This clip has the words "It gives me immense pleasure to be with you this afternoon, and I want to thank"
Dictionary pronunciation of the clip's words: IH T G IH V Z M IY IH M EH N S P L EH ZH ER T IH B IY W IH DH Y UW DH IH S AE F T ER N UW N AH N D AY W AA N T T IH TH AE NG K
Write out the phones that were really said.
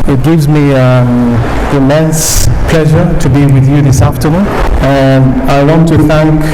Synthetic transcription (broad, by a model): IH T G IH V Z M IY IH M EH N S P L EH ZH ER T IH B IY W IH DH Y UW DH IH S AE F T ER N UW N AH N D AY W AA N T T IH TH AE NG K